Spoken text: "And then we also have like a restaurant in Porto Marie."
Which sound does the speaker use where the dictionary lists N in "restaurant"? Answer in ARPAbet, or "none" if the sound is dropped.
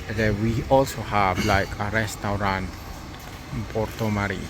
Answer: none